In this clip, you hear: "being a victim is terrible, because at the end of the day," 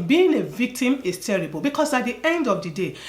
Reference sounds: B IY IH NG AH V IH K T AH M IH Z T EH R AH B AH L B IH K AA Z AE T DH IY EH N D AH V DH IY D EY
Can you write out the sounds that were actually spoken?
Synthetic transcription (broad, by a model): B IY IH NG AH V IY K T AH M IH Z T EH R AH B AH L B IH K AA S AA T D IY EH N D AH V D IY D EY